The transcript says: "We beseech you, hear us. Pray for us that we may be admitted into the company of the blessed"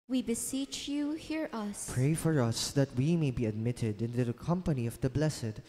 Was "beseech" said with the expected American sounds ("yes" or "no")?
yes